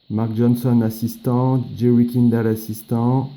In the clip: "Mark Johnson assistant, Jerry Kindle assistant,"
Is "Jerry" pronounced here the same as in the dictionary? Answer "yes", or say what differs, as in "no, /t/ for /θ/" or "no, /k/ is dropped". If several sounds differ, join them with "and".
no, /w/ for /ɹ/